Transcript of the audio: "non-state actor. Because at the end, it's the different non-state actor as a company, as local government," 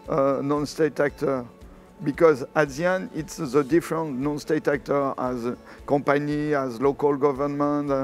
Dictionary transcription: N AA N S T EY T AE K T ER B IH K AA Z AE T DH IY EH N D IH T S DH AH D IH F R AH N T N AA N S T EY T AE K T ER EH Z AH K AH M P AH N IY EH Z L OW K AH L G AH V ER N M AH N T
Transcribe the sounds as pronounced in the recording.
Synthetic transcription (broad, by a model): N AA N S T EY T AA K T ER B IH K AA Z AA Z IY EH N IH T S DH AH D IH F R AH N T N AA N S T EY T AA K T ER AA Z K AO P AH N IY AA Z L OW K AH L G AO V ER N M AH N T